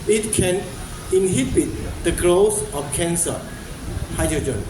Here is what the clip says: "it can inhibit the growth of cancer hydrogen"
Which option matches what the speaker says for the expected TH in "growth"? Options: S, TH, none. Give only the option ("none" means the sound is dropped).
S